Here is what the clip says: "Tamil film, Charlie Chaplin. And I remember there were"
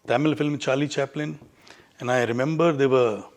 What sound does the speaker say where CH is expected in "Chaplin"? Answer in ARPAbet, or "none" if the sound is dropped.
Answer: CH